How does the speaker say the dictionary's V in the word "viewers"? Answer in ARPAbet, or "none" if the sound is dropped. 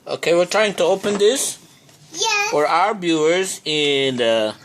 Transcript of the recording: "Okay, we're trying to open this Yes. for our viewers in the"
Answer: B